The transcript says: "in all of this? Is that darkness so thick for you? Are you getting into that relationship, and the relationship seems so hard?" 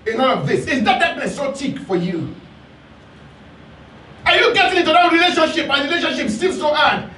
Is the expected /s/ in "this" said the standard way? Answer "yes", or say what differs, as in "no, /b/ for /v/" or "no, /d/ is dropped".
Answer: yes